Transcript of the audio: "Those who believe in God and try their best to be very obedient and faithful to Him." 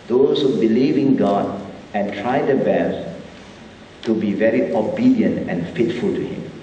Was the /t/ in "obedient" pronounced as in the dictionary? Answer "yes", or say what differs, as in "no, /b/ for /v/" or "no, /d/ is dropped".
yes